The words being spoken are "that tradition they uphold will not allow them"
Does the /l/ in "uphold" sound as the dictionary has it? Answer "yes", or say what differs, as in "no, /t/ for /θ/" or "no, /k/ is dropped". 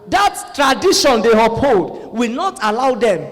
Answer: no, /l/ is dropped